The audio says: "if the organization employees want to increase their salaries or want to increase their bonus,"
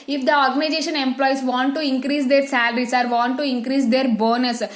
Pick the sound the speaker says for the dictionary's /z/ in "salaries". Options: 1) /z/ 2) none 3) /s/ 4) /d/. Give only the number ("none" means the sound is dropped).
3